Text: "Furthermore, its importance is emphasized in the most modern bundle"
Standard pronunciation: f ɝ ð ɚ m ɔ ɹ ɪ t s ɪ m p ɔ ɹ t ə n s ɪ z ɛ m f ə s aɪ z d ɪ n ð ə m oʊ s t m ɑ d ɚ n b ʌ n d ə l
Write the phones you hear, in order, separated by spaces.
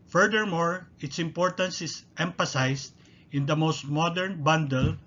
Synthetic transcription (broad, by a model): f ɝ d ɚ m ɔ ɹ ɪ t s ɪ m p ɔ ɹ t ə n s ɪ s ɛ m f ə s aɪ s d ɪ n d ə m oʊ s t m ɑ d ɚ n b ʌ n d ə l